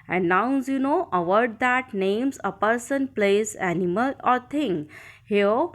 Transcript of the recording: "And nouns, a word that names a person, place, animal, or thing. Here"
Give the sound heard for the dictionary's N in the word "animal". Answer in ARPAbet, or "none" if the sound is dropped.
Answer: N